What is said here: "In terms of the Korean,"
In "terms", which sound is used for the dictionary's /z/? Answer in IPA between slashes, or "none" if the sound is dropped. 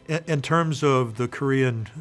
/z/